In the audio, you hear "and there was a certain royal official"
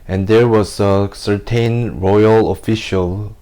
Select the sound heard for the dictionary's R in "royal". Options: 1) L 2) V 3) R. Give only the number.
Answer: 3